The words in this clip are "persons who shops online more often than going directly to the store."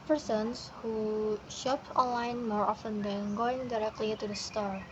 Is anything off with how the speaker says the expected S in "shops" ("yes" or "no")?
yes